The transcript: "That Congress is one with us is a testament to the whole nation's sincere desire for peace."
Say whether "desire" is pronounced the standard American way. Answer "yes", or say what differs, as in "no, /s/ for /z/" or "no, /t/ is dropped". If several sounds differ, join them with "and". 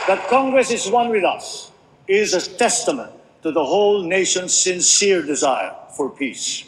yes